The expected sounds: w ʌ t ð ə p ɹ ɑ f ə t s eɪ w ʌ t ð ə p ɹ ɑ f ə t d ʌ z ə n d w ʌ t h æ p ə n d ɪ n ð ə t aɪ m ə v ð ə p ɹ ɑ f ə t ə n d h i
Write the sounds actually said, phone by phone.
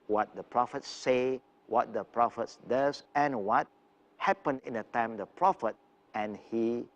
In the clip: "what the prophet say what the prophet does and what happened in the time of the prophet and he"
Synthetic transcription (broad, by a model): w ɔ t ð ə p ɹ ɑ f ə t s eɪ w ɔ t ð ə p ɹ ɑ f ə t d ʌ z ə n w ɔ t h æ p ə n ɪ n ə t aɪ m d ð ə p ɹ ɑ f ə t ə n h i